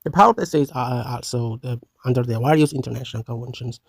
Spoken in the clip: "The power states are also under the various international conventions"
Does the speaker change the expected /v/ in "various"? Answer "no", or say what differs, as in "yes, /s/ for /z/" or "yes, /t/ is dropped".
yes, /w/ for /v/